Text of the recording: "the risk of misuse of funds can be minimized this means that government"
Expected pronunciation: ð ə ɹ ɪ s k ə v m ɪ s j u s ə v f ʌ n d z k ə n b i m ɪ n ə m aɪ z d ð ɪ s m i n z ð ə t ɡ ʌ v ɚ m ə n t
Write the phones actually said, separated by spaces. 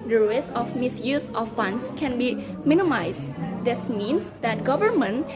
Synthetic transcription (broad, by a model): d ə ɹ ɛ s ə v m ɪ s j u s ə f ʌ n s k ə n b i m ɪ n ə m aɪ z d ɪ s m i n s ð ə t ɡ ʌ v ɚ m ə n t